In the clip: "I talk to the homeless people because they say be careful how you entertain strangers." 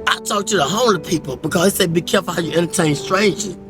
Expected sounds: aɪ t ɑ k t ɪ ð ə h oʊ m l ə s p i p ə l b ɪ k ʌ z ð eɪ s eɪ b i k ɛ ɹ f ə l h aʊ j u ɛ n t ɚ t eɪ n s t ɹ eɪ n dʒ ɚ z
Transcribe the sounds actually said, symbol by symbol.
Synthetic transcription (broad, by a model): aɪ t ɑ k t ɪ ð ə h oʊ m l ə p i p l b ɪ k ʌ z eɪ s eɪ b i k ɛ ɹ f l h aʊ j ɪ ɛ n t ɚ t eɪ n s t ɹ eɪ n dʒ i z